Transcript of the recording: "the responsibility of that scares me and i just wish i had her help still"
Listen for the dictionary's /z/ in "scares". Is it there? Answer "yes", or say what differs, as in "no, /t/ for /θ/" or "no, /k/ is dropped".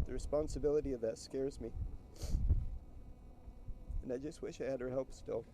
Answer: yes